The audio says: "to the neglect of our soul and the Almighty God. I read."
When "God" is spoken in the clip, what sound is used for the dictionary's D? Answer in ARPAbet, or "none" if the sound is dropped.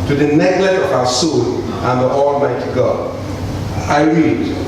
none